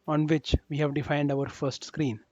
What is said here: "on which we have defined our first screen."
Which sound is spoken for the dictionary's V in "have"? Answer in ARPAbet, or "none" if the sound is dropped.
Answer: V